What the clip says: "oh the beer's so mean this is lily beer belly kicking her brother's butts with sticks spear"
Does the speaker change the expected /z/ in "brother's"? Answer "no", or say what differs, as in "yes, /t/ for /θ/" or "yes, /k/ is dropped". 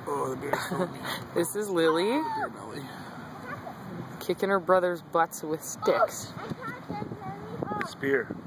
no